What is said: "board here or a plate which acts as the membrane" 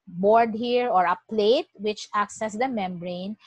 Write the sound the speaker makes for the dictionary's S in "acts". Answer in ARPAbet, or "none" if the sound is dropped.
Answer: S